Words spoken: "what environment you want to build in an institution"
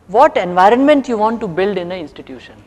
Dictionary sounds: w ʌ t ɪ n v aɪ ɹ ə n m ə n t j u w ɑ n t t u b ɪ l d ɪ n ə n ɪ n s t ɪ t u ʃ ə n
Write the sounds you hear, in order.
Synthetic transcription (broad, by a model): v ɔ t ɪ n v aɪ ɹ ə n m ə n t j u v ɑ n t t u b ɪ l d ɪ n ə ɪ n s t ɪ t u ʃ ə n